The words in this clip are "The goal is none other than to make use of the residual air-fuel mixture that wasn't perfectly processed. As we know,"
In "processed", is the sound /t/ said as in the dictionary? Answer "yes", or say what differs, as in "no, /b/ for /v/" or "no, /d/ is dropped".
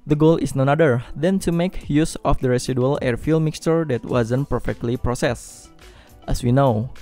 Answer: yes